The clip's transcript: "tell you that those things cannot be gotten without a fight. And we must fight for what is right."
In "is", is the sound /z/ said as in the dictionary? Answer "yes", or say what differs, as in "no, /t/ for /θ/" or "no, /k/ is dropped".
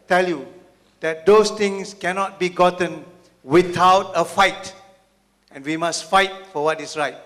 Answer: no, /s/ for /z/